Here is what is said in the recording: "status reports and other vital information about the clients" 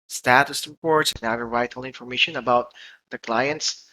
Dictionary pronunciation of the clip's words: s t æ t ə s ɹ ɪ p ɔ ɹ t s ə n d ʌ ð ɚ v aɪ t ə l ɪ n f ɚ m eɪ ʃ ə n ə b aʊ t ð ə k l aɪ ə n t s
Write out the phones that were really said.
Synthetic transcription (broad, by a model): s t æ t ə s ɹ ɪ p ɔ ɹ t s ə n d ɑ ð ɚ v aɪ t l ɪ n f ɚ m eɪ ʃ ə n ə b aʊ t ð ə k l aɪ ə n t s